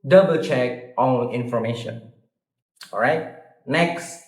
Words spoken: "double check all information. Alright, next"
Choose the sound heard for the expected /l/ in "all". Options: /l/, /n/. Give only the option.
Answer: /n/